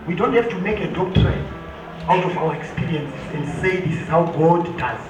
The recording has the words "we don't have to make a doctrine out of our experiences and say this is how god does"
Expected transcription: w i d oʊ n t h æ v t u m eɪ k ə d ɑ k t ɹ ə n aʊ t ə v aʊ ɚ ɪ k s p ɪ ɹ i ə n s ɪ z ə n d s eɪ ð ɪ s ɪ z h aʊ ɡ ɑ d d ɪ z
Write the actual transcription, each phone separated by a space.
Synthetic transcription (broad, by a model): w i d oʊ n t h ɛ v t u m eɪ k ə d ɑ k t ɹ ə aʊ t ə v aʊ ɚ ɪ k s p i ɹ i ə n s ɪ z ə n d s eɪ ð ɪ s ɪ z h aʊ ɡ ɑ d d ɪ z